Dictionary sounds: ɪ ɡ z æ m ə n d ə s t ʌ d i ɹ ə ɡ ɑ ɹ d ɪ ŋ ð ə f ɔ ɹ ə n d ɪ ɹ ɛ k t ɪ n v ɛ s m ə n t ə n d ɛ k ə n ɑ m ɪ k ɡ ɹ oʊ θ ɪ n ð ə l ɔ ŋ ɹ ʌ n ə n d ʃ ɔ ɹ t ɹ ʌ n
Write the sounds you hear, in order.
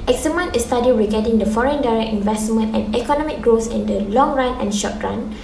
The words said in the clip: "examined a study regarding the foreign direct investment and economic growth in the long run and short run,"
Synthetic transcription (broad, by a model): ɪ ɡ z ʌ m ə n ə s t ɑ d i ɹ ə ɡ ɑ d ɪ ŋ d ə f ɔ ɹ ə n d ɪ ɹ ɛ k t ɪ n v ɛ s m ə n t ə n ɛ k ə n ɑ m ɪ k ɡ ɹ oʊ s ɪ n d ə l ɔ ŋ ɹ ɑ n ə n ʃ ɔ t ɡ ɹ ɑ n